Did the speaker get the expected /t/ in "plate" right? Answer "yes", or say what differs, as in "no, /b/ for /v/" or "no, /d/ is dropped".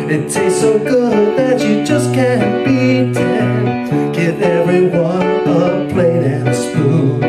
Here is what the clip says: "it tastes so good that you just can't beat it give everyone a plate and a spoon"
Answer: no, /t/ is dropped